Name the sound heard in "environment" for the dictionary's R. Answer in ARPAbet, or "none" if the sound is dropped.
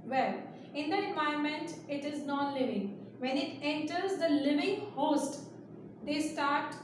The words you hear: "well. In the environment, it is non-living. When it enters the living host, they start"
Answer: none